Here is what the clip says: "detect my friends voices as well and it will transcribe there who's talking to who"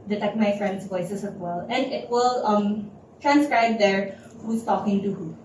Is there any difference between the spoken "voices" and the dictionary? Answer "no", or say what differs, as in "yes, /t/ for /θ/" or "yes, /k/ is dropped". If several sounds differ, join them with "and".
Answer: yes, /s/ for /z/